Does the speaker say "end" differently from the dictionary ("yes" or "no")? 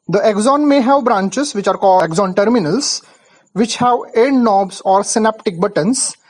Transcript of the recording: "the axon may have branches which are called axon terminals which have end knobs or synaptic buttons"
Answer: yes